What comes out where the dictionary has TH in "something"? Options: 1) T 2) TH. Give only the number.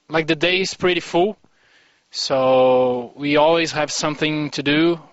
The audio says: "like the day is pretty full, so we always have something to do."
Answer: 2